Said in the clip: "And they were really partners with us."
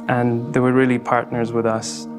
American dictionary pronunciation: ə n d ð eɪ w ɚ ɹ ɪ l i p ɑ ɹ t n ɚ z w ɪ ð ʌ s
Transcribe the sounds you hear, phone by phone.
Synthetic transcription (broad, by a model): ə n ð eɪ w ɚ ɹ ɪ l i p ɑ ɹ t n ɚ z w ɪ ð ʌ s